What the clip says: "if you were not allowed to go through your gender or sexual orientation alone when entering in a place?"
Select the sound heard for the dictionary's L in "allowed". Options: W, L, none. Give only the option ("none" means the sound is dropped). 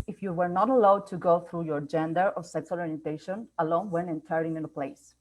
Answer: L